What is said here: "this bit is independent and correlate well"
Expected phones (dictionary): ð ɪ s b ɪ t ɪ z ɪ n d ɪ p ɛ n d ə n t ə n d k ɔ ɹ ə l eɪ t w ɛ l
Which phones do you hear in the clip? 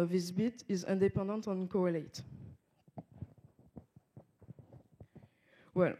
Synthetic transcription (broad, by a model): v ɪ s b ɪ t ɪ z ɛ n d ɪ p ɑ d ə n t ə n k ɔ ɹ ə l eɪ t w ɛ l